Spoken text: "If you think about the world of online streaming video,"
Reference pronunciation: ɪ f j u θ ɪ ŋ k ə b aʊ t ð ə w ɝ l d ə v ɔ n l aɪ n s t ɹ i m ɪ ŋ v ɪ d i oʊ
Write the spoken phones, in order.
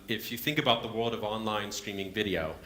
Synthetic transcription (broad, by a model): ɪ f j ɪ θ ɪ ŋ k ə b aʊ t ð ə w ɝ l d ə v ɔ n l aɪ n s t ɹ i m ɪ ŋ v ɪ d i oʊ